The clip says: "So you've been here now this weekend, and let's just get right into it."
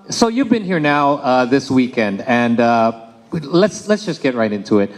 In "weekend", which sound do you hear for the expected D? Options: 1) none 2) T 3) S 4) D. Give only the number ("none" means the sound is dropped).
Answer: 4